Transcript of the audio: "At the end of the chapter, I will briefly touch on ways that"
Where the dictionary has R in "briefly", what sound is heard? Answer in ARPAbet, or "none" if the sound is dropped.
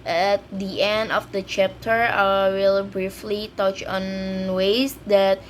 R